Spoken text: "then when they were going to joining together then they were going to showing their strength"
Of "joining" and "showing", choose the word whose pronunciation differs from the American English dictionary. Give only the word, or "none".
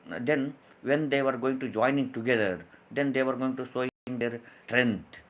showing